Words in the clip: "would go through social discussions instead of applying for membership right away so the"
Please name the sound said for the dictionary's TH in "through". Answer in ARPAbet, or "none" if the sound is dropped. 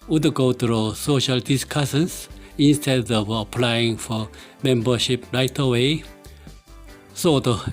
T